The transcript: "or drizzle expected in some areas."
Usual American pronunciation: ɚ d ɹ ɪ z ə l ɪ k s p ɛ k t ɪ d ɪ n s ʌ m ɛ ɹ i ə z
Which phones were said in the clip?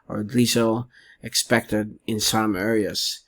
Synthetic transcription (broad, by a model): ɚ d i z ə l ɪ k s p ɛ k t ɪ d ɪ n s ʌ m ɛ ɹ i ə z